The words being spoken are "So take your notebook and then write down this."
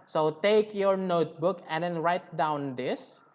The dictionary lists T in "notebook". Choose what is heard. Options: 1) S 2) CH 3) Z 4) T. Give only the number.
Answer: 4